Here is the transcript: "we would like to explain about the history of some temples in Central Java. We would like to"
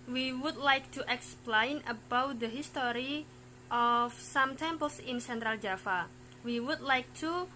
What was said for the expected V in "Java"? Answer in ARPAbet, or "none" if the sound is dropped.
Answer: F